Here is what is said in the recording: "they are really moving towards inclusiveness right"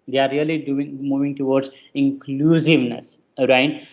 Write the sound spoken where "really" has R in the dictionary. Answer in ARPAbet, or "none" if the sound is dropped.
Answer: L